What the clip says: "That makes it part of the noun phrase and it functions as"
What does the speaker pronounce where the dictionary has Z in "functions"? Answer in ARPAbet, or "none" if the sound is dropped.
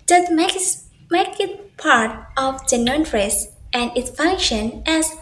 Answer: none